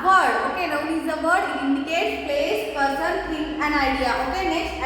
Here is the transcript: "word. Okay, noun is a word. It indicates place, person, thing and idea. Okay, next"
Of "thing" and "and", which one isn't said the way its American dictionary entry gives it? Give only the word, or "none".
thing